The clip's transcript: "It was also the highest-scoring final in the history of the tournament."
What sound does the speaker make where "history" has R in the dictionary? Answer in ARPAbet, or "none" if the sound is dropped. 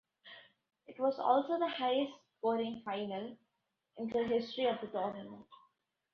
R